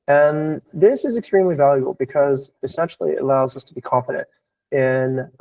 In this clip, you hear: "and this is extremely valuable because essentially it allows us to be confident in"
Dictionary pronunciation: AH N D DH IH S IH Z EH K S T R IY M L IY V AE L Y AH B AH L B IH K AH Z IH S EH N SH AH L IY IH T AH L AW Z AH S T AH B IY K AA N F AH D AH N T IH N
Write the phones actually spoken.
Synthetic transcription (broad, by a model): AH N DH IH S IH Z EH K S T R IY M L IY V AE L Y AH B L B IH K AH Z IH S EH N SH L IY IH T AH L AW Z AH S T AH B IY K AA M F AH D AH N T IH N